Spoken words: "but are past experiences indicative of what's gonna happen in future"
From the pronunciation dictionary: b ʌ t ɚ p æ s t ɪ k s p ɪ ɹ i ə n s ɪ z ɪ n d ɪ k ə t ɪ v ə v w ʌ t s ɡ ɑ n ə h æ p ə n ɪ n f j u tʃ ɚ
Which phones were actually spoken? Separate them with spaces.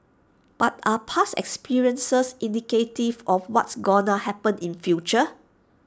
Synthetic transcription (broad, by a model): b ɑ t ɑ p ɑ s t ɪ k s p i ɹ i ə n s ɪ s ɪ n d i k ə t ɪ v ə f w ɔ t s ɡ ɑ n ə h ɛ p ə n ɪ n f j u tʃ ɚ